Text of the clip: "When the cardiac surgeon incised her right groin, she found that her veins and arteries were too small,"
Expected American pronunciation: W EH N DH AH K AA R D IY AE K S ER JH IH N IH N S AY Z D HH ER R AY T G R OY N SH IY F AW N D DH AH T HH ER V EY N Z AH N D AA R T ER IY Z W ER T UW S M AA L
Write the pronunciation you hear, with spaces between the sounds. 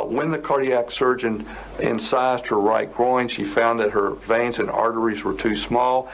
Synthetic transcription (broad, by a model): W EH N DH AH K AA R D IY AE K S ER JH IH N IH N S AY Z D HH ER R AY T G R OY N SH IY F AW N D DH AH T HH ER V EY N Z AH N AA R T ER IY Z W ER T UW S M AA L